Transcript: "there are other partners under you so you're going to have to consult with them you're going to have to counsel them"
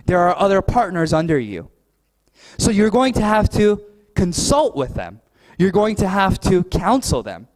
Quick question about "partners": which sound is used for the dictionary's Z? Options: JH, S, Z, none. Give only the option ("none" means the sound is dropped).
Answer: Z